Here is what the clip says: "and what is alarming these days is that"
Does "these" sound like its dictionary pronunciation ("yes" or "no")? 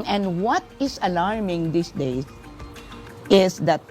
no